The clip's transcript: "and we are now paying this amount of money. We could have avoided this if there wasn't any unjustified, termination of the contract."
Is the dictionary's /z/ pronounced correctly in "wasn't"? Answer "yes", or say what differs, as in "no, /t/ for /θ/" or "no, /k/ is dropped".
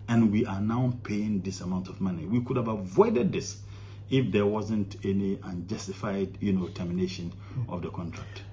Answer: yes